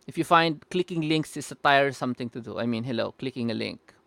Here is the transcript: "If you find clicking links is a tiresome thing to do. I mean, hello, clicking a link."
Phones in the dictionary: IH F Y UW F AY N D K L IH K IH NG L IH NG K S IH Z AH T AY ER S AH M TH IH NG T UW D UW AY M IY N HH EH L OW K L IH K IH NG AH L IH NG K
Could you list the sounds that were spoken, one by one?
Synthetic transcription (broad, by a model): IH F Y UW F AY N D K L IH K IH NG L IH NG K S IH S AH T AY ER S AH M T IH NG T UW D UW AY M IY N HH EH L OW K L IH K IH NG AH L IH NG K